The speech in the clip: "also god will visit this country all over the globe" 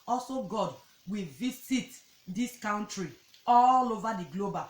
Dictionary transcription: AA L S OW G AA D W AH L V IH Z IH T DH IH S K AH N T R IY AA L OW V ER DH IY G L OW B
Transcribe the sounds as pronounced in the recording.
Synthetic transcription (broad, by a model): AA L S OW G AA D W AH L V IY S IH T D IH S K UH N T R IY AA L OW V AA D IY G L OW B